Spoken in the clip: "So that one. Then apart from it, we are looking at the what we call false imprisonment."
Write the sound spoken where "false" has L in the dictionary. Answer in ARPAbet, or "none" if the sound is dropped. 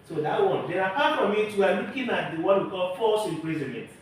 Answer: none